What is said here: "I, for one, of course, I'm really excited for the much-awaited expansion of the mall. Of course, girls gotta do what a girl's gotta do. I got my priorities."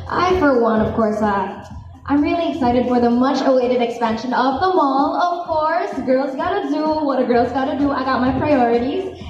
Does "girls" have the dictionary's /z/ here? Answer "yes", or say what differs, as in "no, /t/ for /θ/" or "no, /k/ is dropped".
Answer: yes